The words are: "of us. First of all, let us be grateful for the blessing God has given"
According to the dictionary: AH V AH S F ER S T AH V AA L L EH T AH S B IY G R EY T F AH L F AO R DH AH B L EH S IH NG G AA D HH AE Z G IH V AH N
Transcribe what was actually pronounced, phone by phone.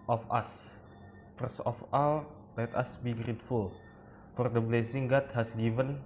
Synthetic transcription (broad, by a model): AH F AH S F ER S AH F AA L L EH T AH S B IY G R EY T F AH L F AO R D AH B L EH S IH NG G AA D HH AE S G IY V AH N